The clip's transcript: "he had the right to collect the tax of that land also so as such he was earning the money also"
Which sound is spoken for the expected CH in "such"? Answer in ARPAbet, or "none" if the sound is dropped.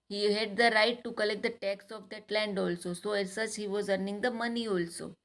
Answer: S